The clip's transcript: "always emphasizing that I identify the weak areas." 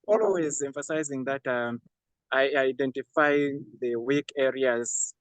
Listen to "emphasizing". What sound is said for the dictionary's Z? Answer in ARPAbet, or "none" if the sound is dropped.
Z